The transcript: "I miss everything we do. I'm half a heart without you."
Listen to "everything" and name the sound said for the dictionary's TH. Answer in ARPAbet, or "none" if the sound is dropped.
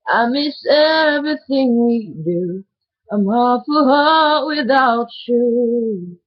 TH